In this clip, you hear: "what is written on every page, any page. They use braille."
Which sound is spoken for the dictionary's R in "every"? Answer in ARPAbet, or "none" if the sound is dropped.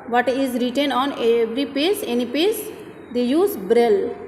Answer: R